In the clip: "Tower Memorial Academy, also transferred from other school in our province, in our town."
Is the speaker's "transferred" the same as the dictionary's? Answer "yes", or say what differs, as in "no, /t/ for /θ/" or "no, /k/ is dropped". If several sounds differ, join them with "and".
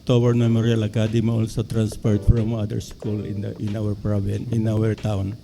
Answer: no, /p/ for /f/